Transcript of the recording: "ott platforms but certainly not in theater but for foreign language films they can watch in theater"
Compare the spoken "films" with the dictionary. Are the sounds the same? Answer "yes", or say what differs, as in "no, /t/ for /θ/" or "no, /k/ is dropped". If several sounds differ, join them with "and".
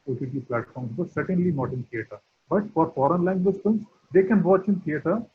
no, /l/ is dropped